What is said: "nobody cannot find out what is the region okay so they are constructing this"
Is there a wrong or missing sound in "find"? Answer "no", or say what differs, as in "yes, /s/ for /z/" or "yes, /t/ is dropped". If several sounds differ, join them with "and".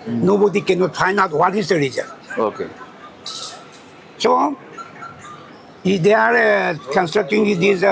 yes, /d/ is dropped